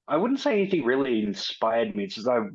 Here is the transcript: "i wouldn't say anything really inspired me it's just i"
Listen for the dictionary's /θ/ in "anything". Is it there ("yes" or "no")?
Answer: yes